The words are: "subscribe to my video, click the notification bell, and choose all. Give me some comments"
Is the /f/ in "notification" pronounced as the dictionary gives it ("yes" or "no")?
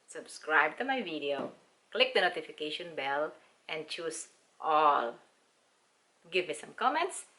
yes